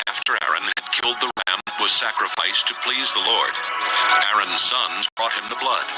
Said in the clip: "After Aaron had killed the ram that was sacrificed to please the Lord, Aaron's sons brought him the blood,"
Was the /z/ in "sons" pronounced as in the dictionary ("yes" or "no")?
yes